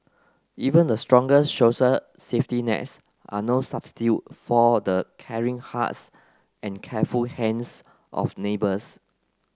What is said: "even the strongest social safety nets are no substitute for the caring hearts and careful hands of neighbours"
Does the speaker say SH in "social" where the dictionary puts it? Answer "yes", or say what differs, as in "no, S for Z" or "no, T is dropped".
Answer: no, S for SH